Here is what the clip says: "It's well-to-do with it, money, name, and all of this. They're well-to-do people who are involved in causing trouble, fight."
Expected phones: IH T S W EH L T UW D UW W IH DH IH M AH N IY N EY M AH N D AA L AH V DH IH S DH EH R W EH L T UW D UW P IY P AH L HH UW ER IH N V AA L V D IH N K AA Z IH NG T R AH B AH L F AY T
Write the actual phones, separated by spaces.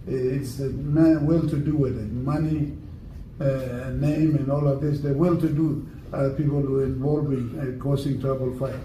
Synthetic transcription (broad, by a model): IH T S W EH L T UW D UW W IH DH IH M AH N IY N EY M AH N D AA L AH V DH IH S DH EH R W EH L T UW D UW P IY P AH L HH UW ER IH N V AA L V IH N K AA S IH NG T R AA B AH L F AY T